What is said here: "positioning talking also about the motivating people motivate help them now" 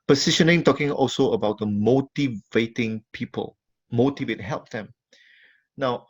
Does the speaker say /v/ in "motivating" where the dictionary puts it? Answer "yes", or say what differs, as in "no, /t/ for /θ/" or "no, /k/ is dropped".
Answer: yes